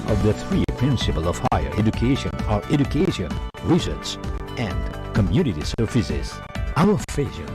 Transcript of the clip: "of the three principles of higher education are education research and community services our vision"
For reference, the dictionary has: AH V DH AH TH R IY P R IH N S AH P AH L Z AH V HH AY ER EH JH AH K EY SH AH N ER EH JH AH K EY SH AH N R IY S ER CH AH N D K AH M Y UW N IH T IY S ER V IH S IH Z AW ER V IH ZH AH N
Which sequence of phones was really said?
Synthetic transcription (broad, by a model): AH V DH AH TH R IY P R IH N S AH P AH L AH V HH AY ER EH JH AH K EY SH AH N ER EH JH AH K EY SH AH N R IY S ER S AH N D K AH M Y UW N IH T IY S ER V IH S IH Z AW ER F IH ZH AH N